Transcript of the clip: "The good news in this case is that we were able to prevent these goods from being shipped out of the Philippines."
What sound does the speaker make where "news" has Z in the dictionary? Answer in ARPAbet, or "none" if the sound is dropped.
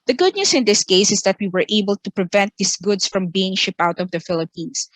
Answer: S